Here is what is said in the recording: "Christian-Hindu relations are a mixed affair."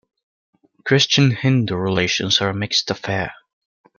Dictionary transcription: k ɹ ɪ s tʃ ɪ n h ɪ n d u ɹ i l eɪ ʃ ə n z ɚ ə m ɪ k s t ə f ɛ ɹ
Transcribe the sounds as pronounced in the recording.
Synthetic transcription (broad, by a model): k ɹ ɪ s tʃ ɪ n h ɪ n d u ɹ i l eɪ ʃ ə n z ɚ m ɪ k s t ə f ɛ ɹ